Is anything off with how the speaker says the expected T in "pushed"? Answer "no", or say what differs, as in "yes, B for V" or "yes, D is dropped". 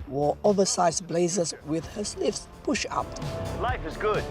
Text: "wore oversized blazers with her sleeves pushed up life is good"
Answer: yes, T is dropped